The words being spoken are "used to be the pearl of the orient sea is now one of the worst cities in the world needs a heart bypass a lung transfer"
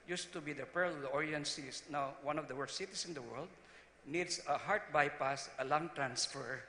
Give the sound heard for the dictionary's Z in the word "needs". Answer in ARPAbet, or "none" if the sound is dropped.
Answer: S